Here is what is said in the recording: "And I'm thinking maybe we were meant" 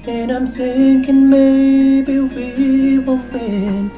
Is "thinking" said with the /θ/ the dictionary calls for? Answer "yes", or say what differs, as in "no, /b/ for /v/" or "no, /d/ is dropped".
no, /s/ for /θ/